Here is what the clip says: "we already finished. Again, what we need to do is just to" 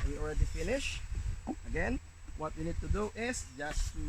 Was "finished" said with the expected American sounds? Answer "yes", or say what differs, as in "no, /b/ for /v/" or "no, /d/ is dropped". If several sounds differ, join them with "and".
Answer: no, /t/ is dropped